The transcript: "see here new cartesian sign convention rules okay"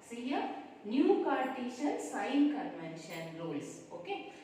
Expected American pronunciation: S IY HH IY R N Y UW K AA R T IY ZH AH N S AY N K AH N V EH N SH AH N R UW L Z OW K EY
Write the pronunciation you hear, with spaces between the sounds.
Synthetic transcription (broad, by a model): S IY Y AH N Y UW K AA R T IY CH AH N S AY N K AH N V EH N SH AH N R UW L S OW K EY